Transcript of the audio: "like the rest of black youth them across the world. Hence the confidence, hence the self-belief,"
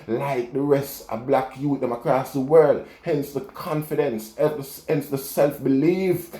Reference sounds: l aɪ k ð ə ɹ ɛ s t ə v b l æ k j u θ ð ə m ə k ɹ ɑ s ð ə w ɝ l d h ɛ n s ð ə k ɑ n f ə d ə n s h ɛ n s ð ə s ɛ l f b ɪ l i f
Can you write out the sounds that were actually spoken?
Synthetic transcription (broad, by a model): l aɪ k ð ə ɹ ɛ s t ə b l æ k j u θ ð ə m ə k ɹ ɑ s ð ə w ɝ l d h ɛ n s ð ə k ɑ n f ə d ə n s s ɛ n s ð ə s ɛ l f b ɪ l i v